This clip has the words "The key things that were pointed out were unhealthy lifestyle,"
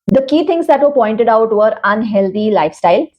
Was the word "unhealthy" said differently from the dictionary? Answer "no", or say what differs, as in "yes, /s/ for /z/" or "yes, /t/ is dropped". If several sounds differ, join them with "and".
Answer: yes, /t/ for /θ/